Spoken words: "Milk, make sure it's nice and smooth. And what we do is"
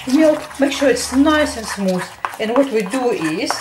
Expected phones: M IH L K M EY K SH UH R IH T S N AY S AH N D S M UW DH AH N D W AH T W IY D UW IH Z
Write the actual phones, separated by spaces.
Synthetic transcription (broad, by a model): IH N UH M EY K SH UH R IH T S N AY S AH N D S M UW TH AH N W AH T W IY D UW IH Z